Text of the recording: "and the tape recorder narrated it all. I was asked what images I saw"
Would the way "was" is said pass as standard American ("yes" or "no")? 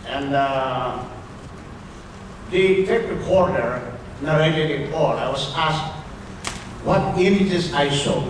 no